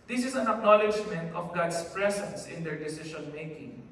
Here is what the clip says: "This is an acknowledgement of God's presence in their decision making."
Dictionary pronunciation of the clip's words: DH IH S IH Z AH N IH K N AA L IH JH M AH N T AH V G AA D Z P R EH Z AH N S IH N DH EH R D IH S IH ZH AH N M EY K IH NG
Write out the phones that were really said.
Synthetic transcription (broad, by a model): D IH S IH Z AH N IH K N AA L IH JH M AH N T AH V G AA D S P R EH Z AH N S IH N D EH R D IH S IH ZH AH N M EY K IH NG